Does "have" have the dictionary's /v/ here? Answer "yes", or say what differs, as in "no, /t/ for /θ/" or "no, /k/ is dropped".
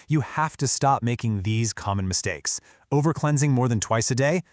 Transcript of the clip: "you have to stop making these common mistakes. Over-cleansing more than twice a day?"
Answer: no, /f/ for /v/